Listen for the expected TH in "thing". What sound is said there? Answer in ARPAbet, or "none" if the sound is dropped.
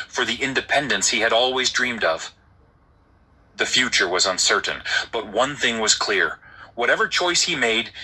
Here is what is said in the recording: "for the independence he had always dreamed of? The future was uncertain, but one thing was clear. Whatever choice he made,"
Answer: TH